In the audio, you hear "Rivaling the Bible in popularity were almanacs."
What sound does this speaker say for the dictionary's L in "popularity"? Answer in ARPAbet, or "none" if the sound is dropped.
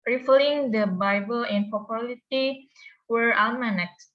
none